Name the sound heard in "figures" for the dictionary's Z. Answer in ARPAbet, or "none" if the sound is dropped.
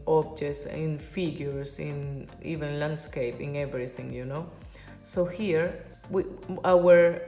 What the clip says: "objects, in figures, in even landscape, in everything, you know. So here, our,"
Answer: S